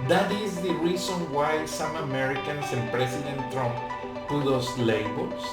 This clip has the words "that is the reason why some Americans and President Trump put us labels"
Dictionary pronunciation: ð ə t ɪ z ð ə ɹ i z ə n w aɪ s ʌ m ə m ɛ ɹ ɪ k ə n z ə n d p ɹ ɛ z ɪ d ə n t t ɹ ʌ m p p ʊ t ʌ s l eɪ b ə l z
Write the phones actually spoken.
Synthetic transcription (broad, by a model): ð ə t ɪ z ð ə ɹ i s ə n w aɪ s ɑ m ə m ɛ ɹ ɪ k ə n s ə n p ɹ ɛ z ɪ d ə n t t ɹ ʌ m p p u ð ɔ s l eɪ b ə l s